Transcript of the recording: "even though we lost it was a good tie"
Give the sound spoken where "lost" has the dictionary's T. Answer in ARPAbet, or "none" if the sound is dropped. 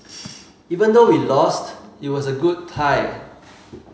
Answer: T